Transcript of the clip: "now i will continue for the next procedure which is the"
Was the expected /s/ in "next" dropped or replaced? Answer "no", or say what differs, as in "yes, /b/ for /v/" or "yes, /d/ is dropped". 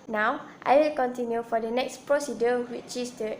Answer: no